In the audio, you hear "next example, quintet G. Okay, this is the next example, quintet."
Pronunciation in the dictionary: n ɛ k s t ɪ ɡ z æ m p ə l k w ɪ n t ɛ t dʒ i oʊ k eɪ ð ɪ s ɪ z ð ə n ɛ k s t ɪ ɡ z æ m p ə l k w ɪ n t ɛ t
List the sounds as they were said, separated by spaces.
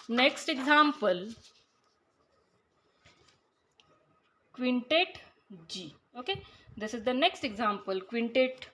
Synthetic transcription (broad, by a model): n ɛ k s t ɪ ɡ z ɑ m p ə l k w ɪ n t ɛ t dʒ i oʊ k eɪ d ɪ s ɪ z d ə n ɛ k s t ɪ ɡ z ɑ m p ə l k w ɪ n t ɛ t